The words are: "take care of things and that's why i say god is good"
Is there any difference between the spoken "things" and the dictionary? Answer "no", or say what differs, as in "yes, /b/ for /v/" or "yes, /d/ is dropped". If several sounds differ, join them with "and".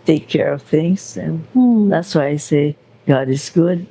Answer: no